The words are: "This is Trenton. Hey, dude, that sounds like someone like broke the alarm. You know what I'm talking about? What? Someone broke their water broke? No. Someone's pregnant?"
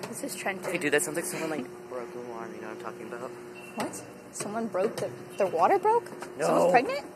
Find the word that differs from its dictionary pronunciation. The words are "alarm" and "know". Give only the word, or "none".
alarm